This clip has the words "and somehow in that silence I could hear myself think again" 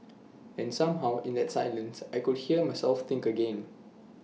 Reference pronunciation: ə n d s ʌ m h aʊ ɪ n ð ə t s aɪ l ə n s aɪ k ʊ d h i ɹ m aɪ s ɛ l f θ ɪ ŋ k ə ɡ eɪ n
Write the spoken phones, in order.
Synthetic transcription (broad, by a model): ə n s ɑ m h aʊ ɪ n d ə t s aɪ l ə n s aɪ k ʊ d h i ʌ m aɪ s ɛ l f t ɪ ŋ k ə ɡ eɪ n